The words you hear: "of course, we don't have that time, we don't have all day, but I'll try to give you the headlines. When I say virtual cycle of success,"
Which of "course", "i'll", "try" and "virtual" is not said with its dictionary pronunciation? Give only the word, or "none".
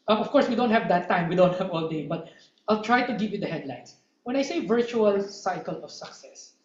none